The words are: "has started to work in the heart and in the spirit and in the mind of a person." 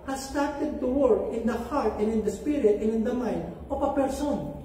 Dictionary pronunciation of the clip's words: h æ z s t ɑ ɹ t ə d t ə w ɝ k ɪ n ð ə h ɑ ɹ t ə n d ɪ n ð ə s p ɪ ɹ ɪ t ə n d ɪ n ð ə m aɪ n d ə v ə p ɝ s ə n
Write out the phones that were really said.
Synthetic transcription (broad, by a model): h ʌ s t ɑ ɹ t ə d t ə w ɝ k ɪ n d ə h ɑ ɹ t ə n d ɪ n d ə s p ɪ ɹ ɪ t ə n ɪ n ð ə m aɪ n d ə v ə p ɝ s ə n